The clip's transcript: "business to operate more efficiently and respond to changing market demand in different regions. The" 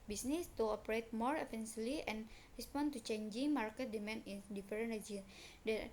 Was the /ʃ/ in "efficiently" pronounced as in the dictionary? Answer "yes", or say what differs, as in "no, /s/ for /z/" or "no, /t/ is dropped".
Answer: no, /s/ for /ʃ/